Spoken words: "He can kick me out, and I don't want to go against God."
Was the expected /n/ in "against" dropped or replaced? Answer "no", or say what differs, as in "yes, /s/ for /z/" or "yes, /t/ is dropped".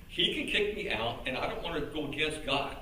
yes, /n/ is dropped